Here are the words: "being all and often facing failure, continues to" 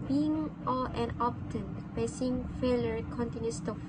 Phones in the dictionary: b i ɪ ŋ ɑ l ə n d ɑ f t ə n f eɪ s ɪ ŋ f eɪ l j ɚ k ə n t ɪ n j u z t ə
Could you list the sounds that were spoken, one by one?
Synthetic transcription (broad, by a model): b i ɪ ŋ ɑ l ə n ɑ p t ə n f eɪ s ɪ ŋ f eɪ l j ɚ k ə n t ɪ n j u s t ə